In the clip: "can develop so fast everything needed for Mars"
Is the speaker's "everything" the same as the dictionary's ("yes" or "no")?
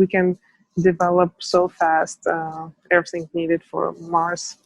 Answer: yes